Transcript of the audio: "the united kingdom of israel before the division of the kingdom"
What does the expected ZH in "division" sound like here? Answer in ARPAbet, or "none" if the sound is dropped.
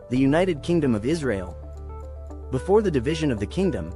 ZH